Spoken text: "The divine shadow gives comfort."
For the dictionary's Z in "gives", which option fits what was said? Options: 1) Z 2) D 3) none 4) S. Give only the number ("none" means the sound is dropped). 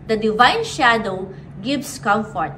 4